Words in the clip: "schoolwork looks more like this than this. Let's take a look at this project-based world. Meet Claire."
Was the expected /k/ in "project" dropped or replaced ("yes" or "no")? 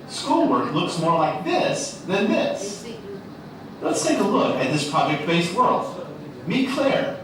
no